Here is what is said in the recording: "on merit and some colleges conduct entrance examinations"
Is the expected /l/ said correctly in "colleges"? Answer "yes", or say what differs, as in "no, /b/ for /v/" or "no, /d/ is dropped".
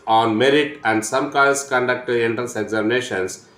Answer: no, /l/ is dropped